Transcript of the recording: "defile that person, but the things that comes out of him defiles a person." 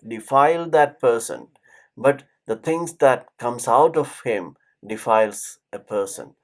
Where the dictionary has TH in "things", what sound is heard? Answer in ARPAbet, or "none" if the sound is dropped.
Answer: T